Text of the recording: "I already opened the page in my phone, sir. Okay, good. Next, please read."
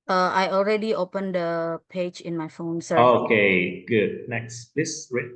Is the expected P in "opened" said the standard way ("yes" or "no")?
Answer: yes